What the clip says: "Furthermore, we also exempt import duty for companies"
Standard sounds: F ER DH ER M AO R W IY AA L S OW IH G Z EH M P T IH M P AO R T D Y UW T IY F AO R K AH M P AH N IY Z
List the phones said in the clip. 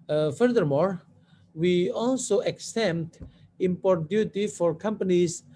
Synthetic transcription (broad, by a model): F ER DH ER M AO R W IY AA L S OW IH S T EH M T IH M P AO R T D Y UW T IY F AO R K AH M P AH N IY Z